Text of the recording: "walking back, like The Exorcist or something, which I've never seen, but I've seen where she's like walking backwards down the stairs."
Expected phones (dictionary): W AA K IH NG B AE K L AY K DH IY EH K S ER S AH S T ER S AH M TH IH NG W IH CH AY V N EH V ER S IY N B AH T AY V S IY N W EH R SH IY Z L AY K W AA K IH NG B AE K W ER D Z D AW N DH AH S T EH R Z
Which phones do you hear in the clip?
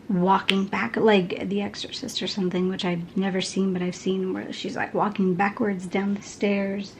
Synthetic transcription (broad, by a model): W AA K IH NG B AE K L AY K DH IY EH K S ER S AH S T ER S AH M TH IH NG W IH CH AY V N EH V ER S IY N B AH T AY V S IY N W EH R SH IY Z L AY K W AA K IH NG B AE K W ER D Z D AW N DH AH S T EH R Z